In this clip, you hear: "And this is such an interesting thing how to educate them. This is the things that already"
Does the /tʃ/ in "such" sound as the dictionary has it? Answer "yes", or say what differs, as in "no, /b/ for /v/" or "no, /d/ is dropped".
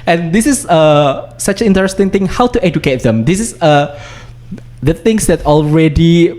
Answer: no, /s/ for /tʃ/